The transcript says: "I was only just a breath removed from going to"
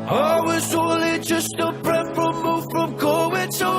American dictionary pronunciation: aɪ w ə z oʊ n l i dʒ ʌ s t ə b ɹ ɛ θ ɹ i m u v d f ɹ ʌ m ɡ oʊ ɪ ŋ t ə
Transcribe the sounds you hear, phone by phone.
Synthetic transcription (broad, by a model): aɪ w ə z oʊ l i dʒ ʌ s t ə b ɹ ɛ f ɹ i m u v f ɹ ʌ m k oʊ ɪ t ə